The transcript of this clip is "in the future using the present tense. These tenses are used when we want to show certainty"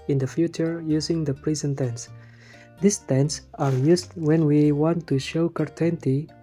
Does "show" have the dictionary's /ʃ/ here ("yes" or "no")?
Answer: yes